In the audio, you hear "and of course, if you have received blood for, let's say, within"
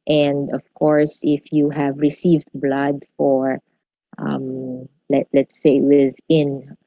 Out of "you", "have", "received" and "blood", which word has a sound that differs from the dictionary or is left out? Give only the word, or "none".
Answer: none